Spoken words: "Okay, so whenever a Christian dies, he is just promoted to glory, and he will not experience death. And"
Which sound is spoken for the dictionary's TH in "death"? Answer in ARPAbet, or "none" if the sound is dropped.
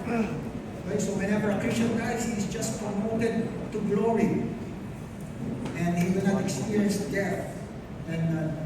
T